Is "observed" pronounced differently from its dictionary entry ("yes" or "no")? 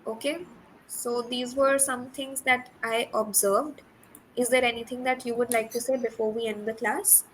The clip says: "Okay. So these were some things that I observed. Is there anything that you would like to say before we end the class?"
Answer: no